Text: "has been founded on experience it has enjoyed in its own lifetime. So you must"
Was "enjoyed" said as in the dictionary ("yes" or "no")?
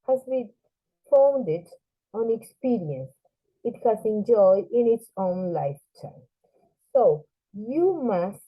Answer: no